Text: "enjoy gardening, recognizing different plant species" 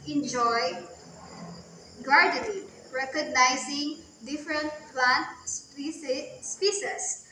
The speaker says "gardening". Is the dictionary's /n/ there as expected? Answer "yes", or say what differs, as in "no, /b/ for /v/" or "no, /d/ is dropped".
no, /l/ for /n/